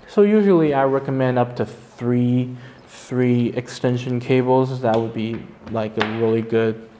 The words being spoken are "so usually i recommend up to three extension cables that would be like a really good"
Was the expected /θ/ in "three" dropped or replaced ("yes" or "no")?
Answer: no